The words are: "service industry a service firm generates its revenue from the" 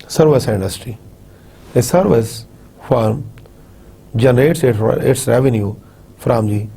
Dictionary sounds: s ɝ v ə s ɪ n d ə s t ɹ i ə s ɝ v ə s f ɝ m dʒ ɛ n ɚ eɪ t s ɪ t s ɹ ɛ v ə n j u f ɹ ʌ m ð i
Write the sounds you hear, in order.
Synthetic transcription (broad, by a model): s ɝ v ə s ɪ n d ə s t ɹ i ə s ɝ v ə s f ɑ m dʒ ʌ n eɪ t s ɪ t s ɹ ɛ v ə n j u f ɹ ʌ m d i